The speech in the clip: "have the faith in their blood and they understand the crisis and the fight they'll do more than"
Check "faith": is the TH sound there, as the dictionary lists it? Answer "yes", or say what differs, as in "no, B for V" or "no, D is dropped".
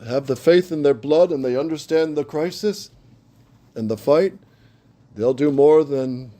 yes